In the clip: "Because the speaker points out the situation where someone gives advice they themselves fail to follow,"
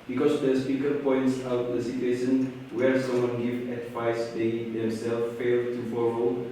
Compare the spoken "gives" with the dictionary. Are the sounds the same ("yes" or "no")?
no